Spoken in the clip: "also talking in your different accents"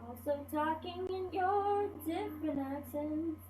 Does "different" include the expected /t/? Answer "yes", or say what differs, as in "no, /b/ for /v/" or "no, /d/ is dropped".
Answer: no, /t/ is dropped